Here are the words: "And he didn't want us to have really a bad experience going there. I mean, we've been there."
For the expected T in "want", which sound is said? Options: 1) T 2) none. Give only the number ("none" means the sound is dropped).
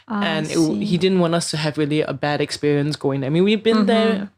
1